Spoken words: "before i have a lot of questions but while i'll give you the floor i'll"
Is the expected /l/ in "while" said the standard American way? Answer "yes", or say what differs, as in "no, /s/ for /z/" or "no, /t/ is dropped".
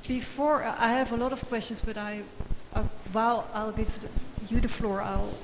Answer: no, /w/ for /l/